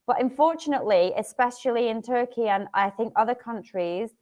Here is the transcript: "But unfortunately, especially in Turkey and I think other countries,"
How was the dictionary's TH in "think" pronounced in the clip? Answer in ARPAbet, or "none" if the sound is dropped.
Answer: TH